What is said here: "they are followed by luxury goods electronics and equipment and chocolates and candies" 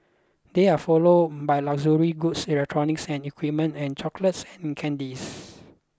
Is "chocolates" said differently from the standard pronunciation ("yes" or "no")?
no